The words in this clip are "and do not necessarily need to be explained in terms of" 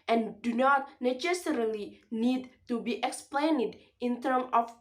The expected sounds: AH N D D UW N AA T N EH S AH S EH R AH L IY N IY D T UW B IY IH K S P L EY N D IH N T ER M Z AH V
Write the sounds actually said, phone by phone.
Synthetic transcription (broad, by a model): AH N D D UW N AA T N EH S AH S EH R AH L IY N IY D T UW B IY IH K S P L EY N D IH N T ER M AH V